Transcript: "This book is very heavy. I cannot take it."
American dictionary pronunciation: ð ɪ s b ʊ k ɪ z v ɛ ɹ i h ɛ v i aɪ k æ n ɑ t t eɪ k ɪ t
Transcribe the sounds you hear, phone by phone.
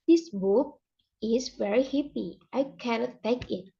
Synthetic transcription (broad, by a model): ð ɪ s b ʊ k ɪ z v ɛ ɹ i h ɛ p i aɪ k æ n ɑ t t eɪ k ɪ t